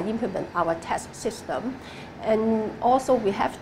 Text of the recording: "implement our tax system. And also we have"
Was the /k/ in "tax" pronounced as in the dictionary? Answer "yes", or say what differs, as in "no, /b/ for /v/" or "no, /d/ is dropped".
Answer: no, /k/ is dropped